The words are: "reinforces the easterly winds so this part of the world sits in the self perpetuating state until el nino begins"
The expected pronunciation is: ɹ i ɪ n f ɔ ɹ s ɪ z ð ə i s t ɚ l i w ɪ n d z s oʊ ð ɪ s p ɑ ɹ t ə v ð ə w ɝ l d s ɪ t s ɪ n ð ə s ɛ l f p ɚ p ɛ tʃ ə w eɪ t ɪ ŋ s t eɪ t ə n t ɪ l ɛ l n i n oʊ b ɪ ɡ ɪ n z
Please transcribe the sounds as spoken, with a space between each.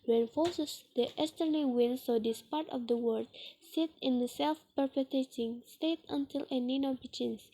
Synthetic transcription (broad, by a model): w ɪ n f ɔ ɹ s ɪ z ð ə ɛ s t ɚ n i w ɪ n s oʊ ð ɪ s p ɑ ɹ t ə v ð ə w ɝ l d s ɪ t ɪ n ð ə s ɛ l f p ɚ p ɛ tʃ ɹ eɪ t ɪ ŋ s t eɪ t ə n t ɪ l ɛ n i n oʊ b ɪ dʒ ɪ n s